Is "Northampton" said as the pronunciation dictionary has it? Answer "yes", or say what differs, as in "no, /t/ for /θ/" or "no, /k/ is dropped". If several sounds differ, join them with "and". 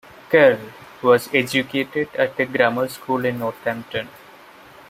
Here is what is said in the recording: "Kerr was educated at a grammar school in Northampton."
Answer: no, /t/ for /θ/